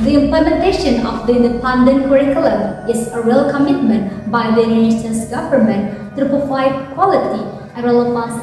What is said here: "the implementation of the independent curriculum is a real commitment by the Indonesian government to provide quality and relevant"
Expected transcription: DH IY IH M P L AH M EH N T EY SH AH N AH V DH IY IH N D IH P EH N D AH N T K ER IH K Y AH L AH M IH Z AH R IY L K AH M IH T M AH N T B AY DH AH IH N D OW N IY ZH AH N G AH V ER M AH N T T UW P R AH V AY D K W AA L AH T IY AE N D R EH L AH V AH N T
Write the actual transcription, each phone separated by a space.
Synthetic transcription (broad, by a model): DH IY IH M P L AH M EH N T EY SH AH N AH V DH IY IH N D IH P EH N D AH N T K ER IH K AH L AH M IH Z AH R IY L K AH M IH T M AH N T B AY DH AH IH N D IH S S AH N G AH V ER M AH N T T UW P AH F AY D K W AA L AH T IY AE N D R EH L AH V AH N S